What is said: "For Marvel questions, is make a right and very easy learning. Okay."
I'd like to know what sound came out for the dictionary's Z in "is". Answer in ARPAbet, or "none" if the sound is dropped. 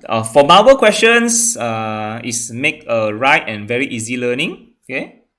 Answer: S